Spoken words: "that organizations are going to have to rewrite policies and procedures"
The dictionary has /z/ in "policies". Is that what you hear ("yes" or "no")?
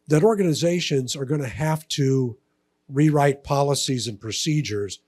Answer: yes